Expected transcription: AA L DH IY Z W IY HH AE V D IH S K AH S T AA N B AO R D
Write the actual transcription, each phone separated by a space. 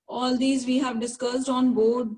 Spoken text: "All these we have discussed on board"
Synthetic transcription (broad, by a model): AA L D IY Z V IY HH AE V D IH S K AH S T AA N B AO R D